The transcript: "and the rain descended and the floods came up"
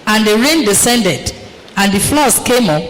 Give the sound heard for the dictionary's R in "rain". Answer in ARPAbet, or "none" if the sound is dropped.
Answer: R